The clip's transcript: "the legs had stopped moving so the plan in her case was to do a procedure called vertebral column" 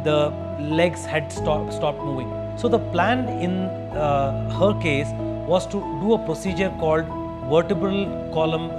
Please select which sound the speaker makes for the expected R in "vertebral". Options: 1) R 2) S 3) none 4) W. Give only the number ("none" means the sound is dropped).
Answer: 1